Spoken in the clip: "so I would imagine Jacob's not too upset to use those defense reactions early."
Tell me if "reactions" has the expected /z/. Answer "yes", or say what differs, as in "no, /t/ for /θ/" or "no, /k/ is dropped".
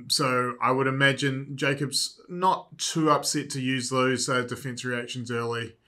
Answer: yes